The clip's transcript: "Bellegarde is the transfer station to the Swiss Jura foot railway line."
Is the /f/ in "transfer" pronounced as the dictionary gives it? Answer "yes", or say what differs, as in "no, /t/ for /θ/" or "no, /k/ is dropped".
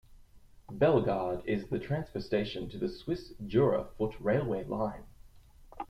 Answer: no, /p/ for /f/